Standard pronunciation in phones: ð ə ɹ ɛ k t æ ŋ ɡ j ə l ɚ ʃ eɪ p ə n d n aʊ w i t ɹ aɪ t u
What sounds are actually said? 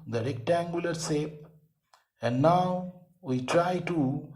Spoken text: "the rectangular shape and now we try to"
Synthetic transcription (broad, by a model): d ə ɹ ɛ k t æ ŋ ɡ j ə l ɚ s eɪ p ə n d n aʊ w i t ɹ aɪ t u